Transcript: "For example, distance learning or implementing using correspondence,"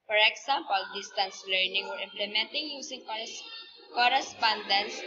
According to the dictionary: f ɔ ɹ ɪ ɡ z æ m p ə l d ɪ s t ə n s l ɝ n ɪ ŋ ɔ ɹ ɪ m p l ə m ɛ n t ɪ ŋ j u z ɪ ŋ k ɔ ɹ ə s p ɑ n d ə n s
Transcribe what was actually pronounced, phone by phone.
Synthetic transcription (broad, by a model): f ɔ ɹ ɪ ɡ s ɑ m p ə l d ɪ s t ə n s l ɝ n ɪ ŋ ɔ ɹ ɪ m p l ə m ɛ n t ɪ ŋ j u s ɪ ŋ k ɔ ɹ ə s p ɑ n d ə n s